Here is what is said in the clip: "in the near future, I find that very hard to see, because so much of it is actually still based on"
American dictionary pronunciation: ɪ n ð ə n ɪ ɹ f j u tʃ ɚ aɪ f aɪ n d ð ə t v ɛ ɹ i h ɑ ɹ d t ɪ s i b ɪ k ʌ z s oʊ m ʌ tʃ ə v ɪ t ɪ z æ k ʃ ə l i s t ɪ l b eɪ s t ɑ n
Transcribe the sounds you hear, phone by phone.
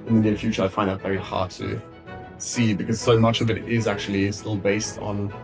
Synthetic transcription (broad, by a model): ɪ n ð ə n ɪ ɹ f j u tʃ ɚ aɪ f aɪ n d ð ə t v ɛ ɹ i h ɑ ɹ d t ɪ s i b ɪ k ʌ z s oʊ m ʌ tʃ ə v ɪ t ɪ z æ k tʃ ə l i s t ɪ l b eɪ s t n